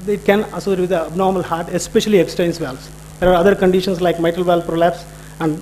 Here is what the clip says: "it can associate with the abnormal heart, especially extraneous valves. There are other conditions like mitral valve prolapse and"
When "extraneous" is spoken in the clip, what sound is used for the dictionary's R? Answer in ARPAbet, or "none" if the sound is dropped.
none